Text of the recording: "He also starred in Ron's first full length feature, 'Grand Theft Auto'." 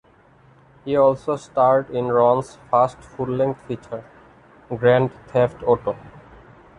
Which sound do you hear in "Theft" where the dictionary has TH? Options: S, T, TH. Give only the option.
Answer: T